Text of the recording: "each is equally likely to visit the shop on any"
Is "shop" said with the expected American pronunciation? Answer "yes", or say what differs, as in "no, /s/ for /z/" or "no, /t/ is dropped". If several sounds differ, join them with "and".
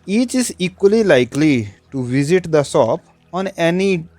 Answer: no, /s/ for /ʃ/